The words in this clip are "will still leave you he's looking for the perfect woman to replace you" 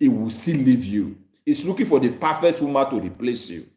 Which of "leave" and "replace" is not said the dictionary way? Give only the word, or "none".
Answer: none